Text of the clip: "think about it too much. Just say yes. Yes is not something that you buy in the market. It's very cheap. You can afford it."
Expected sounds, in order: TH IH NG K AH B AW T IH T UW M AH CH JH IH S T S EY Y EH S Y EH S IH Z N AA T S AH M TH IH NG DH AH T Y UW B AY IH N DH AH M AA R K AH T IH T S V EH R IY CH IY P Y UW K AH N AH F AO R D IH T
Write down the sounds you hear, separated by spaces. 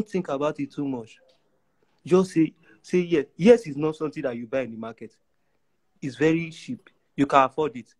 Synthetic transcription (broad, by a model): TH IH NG K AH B AW T IH T UW M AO CH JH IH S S S EY Y EH S Y EH S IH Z N AA T S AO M T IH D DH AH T Y UW B AY IH N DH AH M AA K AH T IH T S V EH R IY SH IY P Y UW K AH N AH F AO D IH T